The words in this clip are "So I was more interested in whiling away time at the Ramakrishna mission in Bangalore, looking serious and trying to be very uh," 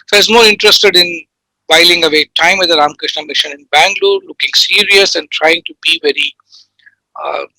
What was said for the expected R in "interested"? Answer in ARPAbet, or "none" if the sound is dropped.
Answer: R